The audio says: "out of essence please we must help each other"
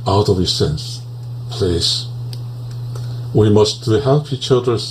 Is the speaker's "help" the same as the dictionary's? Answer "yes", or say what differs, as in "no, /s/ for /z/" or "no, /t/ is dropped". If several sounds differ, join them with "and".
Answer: yes